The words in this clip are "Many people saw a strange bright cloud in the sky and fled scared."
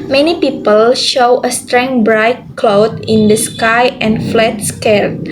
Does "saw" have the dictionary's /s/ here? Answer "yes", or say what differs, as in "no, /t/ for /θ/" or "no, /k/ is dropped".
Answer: no, /ʃ/ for /s/